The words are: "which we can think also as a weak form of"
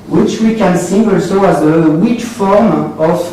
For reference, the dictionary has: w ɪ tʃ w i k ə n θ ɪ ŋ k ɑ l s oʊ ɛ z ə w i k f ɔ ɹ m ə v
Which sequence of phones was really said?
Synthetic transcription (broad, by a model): w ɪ tʃ w i k ə n s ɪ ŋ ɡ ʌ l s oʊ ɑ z ə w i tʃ f ɔ ɹ m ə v